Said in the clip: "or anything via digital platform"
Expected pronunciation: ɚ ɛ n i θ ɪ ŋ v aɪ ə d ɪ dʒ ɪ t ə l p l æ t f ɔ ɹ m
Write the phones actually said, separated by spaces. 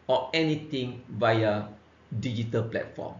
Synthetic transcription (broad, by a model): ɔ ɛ n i t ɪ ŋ v aɪ ə d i dʒ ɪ t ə l p l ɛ t f ɔ m